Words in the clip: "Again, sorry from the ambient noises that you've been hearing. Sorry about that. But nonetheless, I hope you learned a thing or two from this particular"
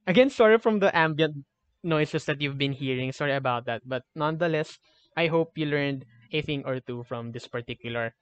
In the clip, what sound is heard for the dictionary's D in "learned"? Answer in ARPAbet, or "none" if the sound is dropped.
D